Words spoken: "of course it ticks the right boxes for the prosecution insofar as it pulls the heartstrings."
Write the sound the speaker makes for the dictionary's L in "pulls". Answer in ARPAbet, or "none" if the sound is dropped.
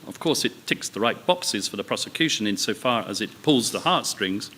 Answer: L